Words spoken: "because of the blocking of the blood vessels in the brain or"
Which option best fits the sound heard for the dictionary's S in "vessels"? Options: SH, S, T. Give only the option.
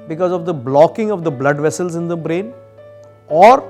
S